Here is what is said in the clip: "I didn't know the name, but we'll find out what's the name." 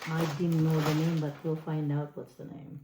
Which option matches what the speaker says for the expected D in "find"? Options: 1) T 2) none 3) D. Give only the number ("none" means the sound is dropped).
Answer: 3